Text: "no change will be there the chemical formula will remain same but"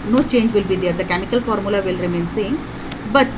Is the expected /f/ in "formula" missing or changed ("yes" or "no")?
no